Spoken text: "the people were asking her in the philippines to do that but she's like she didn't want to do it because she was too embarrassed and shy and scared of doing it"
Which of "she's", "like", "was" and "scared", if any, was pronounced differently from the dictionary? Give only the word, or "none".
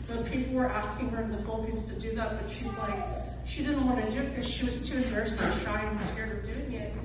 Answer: none